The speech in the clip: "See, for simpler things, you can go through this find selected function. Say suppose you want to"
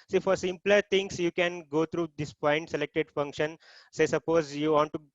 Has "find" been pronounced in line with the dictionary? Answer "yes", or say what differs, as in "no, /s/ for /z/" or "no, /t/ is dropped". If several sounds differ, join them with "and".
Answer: no, /p/ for /f/